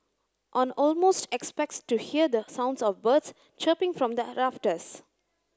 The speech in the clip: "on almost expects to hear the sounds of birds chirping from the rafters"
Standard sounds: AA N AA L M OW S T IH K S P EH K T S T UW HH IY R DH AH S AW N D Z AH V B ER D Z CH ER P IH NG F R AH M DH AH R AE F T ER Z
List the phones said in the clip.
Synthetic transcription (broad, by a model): AA N AA L M OW S T IH K S P EH K T S T UW HH IY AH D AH S AW N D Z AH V B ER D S CH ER P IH NG F R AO M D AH R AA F T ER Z